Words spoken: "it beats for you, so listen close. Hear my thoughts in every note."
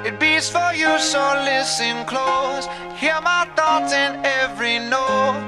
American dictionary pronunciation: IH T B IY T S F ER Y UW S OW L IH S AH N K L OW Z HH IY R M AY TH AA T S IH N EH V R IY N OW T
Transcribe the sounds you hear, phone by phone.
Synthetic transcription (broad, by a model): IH T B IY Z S F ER Y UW S OW L IH S AH N K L OW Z HH IY R M AY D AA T IH N EH V R IY N OW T